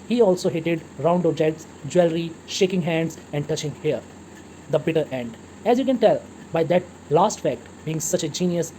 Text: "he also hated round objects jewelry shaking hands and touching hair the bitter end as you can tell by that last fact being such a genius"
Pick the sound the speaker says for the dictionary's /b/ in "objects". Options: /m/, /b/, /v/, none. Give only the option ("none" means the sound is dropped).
none